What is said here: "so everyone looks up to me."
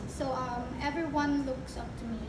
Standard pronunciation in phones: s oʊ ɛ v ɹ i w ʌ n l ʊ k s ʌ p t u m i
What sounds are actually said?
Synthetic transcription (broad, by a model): s oʊ ɛ v ɹ i w ʌ n l ʊ k s ʌ p t u m i